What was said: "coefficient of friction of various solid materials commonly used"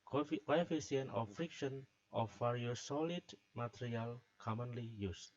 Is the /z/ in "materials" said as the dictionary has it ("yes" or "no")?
no